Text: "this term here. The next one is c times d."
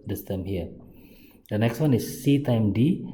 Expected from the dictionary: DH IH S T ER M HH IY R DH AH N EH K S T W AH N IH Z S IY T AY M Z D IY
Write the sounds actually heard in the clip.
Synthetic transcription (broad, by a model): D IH S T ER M HH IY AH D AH N EH K S T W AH N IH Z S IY T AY M D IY